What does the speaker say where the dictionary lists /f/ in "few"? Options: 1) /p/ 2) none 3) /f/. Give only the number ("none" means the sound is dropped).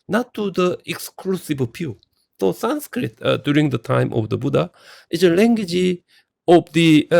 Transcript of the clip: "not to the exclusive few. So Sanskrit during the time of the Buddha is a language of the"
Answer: 1